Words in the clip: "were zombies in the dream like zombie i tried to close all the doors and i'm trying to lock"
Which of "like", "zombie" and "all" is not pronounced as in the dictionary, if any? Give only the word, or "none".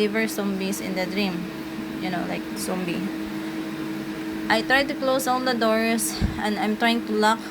zombie